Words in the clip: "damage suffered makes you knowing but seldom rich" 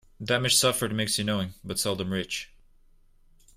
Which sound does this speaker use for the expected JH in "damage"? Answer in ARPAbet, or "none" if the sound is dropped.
SH